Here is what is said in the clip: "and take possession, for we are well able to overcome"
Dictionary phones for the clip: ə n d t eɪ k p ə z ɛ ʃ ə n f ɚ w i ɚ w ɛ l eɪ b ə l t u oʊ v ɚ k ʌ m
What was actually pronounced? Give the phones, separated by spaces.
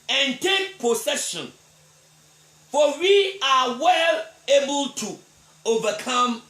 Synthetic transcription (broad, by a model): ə n t eɪ k p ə s ɛ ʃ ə n f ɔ w i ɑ w ɛ l eɪ b ə l t u oʊ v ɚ k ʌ m